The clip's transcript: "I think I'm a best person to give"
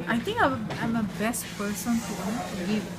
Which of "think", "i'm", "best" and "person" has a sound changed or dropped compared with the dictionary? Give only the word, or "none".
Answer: think